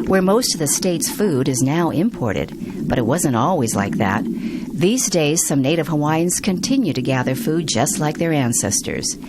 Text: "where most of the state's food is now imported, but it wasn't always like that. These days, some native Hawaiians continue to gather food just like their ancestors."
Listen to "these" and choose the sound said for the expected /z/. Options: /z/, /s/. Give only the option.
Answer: /z/